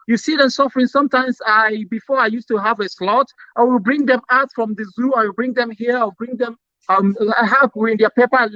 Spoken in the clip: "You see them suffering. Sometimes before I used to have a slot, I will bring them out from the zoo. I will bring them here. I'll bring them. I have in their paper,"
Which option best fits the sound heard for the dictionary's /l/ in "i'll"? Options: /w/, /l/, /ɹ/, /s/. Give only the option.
/w/